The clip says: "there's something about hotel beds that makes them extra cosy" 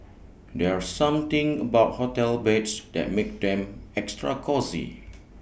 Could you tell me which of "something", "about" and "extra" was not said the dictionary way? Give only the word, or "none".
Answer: something